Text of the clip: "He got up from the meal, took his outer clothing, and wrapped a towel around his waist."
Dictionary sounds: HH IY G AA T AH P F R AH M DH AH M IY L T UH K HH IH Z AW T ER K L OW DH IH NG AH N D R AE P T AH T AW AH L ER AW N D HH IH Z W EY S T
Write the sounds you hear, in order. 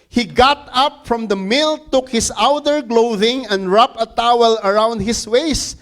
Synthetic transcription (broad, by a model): HH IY G AA T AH P F R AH M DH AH M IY L T UH K HH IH S AW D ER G L OW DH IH NG AH N D R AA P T AH T AW AH L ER AW N D HH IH S W EY S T